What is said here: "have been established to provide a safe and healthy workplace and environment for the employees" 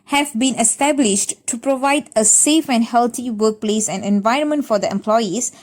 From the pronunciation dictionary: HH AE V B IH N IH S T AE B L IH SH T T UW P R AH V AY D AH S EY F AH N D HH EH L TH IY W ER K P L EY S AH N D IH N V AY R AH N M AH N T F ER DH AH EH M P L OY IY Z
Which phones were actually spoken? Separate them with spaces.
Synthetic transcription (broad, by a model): HH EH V B IH N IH S T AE B L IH SH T T UW P R AH V AY D AH S EY F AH N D HH EH L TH IY W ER K P L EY S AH N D IH N V AY R AH N M AH N T F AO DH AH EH M P L OY IY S